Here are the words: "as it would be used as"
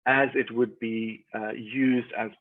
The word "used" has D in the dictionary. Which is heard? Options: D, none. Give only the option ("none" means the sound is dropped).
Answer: D